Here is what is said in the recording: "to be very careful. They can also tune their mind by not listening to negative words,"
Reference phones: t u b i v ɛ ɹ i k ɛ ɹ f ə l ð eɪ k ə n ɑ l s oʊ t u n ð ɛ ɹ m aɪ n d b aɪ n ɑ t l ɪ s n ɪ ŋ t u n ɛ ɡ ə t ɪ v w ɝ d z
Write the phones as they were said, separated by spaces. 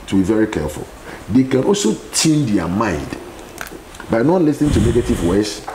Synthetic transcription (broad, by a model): t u b i v ɛ ɹ i k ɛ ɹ f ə l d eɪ k ə n ɑ l s oʊ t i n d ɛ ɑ m aɪ n d b aɪ n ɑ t l ɪ s n ɪ ŋ t u n ɛ ɡ ə t ɪ v w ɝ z